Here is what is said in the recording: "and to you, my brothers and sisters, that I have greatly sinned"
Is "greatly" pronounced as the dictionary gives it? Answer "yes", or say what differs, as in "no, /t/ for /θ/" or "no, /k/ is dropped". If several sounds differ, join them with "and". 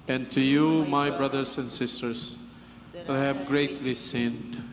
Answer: yes